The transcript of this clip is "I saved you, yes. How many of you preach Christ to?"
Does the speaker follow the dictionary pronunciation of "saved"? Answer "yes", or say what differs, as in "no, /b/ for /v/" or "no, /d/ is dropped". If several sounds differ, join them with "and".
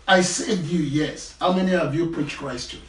no, /v/ is dropped